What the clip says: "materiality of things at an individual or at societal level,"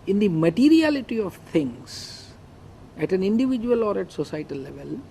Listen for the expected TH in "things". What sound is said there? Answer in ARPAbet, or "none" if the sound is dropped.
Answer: T